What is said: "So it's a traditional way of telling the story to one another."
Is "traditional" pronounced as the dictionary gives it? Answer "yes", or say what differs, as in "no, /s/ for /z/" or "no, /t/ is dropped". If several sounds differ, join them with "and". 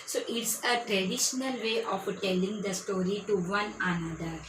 yes